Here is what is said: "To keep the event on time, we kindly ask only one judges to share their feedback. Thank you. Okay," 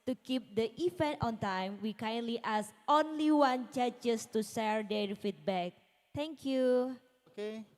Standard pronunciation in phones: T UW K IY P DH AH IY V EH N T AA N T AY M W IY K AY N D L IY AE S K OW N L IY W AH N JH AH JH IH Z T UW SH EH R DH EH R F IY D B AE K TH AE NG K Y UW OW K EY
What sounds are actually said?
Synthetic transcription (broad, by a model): T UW K IY P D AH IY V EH N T AA N T AY M W IY K AY N L IY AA S OW N L IY W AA N CH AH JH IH S T UW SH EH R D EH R F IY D B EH K T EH NG K Y UW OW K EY